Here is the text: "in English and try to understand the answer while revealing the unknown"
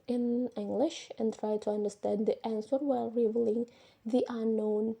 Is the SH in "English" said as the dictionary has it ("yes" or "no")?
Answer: yes